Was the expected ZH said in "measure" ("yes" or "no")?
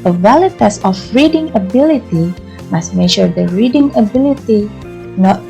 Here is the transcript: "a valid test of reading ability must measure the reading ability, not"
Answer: no